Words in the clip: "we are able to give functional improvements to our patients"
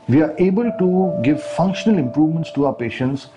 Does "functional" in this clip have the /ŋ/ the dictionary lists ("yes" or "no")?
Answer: yes